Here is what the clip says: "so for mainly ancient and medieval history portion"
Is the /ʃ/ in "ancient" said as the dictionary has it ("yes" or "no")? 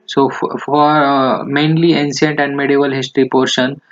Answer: no